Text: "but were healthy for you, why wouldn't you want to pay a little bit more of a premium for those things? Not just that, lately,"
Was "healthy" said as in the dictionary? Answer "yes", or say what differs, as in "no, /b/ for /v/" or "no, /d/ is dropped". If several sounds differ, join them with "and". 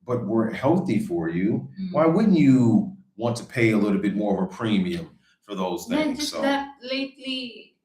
yes